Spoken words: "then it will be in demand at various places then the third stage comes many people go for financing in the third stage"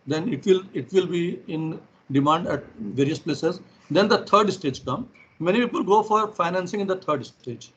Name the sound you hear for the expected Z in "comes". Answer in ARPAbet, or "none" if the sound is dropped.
none